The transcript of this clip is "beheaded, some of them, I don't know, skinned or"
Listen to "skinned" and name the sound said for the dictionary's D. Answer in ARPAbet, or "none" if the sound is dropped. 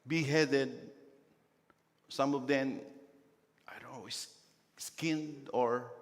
D